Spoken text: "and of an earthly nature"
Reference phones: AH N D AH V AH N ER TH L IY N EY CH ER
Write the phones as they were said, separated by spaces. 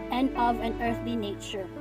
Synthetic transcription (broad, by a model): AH N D AH V AH N ER TH L IY N EY CH ER